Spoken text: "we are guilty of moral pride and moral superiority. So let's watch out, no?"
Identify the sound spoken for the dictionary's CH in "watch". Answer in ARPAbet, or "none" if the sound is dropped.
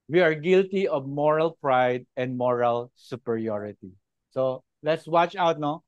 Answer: CH